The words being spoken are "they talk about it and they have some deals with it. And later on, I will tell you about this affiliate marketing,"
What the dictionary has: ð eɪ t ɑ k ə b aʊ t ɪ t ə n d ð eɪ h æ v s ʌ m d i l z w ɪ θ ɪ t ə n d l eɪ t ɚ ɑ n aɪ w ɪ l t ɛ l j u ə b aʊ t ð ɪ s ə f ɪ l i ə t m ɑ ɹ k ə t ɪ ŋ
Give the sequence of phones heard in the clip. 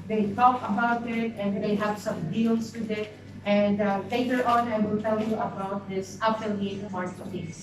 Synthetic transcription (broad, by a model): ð eɪ t ɑ k ə b aʊ t ɪ t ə n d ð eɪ h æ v s ʌ m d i l s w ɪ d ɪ t ə n d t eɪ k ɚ ɑ n aɪ w ɪ l t ɛ l j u ə b aʊ t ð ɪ s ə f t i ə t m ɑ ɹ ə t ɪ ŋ